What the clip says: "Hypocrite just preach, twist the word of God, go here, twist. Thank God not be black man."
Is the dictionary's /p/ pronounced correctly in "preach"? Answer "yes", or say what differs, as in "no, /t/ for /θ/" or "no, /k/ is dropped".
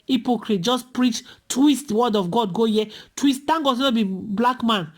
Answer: yes